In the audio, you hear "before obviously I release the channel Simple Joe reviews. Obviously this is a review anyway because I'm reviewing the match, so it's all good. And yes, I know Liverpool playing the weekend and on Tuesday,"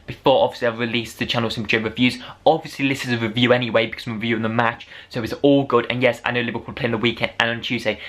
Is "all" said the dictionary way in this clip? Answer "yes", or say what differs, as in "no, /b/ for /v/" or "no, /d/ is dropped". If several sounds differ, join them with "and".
yes